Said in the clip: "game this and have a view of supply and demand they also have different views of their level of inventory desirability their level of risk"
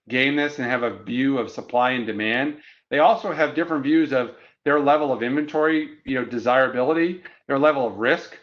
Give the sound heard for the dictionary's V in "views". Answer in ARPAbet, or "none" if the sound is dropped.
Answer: V